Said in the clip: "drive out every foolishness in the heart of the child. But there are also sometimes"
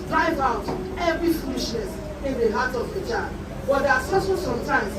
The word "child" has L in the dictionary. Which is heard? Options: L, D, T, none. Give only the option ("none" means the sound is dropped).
none